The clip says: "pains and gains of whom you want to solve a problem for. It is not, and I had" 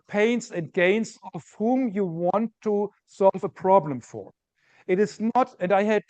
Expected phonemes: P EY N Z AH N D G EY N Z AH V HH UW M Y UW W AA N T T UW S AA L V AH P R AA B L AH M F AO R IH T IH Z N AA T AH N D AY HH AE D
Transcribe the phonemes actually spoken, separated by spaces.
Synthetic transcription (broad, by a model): P EY N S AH N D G EY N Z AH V HH UW M Y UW W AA N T T UW S AA L V AH P R AA B L AH M F AO R IH T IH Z N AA T AH N D AY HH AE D